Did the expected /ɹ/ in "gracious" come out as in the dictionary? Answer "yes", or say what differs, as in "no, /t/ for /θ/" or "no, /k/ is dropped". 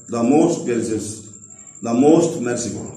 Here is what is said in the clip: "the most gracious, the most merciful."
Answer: no, /ɹ/ is dropped